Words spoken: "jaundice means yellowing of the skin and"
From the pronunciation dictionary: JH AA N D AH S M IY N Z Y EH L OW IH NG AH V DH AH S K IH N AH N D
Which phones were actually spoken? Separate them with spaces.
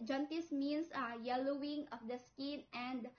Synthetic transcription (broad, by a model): JH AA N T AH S M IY N S Y EH L OW IH NG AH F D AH S K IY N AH N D